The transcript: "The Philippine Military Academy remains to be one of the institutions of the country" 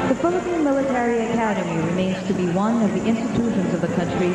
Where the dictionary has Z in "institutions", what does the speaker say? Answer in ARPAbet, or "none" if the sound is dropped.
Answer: Z